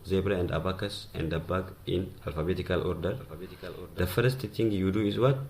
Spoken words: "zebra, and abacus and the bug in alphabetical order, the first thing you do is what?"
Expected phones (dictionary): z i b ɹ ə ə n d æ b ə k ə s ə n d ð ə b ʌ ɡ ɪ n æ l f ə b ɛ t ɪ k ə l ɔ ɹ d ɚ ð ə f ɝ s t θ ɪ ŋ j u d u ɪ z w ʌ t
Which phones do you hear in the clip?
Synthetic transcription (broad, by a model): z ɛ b ɹ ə ə n d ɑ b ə k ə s ə n d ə b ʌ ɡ ɪ n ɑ l f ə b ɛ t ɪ k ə l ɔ ɹ d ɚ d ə f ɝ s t t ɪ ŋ j u d u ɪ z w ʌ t